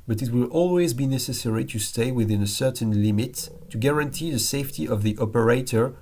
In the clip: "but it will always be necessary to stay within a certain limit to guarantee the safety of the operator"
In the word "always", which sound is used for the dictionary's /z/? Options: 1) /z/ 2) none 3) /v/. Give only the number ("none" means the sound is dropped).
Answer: 1